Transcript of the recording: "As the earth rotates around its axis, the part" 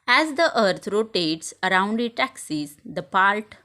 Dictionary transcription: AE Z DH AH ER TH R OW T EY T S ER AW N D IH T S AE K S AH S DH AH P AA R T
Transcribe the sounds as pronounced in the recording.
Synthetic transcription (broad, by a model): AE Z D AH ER T R OW T EY T S ER AW N D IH T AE K S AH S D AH P AA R T